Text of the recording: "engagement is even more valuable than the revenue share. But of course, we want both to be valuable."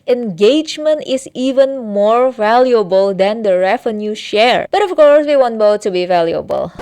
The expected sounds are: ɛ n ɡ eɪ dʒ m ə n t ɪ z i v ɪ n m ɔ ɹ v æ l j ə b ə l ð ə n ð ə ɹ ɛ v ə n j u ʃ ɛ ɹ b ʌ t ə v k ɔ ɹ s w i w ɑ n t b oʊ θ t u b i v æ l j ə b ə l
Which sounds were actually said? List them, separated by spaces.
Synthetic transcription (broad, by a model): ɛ n ɡ eɪ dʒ m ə n t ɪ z i v ɪ n m ɔ ɹ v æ l j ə b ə l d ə n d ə ɹ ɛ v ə n j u ʃ ɛ ɹ b ʌ t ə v k ɔ ɹ s w i w ɑ n t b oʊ t u b i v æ l j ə b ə l